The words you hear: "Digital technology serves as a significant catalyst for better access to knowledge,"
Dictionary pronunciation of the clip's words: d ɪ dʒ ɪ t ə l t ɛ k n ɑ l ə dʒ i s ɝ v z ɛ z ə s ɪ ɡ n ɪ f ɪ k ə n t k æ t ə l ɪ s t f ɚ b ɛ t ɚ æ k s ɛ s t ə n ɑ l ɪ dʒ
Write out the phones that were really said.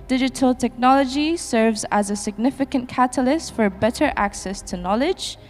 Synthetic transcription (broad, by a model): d ɪ dʒ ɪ t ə l t ɛ k n ɑ l ə dʒ i s ɝ v z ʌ z ə s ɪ ɡ n ɪ f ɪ k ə n k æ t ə l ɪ s t f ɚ b ɛ t ɚ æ k s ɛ s t ə n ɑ l ɪ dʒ